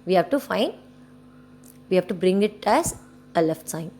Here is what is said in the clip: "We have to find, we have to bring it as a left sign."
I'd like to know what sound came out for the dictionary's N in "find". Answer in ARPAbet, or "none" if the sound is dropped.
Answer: N